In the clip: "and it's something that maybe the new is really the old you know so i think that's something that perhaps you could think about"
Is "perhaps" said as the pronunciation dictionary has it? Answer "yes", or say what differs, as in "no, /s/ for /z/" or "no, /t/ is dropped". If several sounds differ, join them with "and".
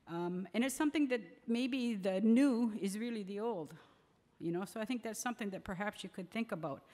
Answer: yes